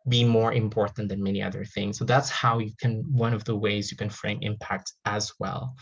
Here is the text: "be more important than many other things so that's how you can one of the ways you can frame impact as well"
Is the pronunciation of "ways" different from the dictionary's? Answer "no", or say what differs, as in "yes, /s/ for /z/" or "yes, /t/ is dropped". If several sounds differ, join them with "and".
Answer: no